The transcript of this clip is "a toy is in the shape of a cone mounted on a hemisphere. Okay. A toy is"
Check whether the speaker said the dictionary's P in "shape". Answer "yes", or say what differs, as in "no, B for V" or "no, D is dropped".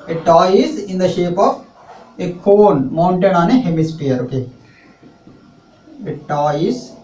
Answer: yes